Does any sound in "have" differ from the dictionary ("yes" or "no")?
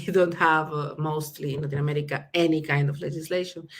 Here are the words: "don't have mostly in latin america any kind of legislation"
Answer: no